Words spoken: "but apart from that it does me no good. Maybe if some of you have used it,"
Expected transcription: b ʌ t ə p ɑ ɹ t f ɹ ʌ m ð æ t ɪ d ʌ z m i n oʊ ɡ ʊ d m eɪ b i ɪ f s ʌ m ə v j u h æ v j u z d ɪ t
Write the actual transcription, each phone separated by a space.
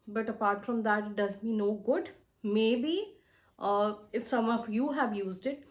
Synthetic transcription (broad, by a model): b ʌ t ə p ɑ ɹ t f ɹ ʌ m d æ t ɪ d ʌ z m i n oʊ ɡ ʊ d m eɪ b i ɪ f s ʌ m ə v j u h æ v j u z d ɪ t